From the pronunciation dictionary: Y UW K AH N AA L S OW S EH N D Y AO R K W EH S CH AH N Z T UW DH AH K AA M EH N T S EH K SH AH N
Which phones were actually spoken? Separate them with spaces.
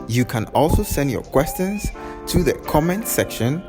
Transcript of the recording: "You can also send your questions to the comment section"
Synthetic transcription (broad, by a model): Y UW K AH N AA L S OW S EH N D Y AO K W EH S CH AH N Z T UW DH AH K AA M EH N T S EH K SH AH N